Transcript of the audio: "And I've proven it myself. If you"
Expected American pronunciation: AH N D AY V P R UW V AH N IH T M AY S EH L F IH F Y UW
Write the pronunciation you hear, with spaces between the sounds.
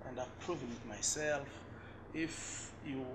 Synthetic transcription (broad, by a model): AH N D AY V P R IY V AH L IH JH M AY S EH L F IH F Y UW